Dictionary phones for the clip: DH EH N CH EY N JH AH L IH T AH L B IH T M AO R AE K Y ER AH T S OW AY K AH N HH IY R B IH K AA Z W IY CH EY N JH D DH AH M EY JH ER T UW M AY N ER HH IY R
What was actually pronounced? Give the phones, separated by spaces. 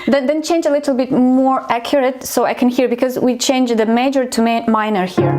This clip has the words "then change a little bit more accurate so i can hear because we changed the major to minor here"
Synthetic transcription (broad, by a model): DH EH N CH EY N JH AH L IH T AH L B IH T M AO R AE K Y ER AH T S OW AY K AH N HH IY R B IH K AA Z W IY CH EY N JH DH AH M EY JH ER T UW M AY N ER HH IY R